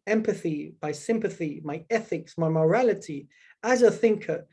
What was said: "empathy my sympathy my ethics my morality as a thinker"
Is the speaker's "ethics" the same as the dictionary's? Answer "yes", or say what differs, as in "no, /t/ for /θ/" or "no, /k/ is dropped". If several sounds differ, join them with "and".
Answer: yes